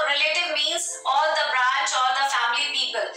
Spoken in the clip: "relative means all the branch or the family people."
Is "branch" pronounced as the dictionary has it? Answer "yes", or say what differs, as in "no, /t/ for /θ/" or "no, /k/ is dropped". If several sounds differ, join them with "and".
no, /n/ is dropped